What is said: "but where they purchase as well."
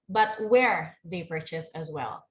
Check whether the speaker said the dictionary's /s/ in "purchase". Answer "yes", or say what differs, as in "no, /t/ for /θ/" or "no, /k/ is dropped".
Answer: yes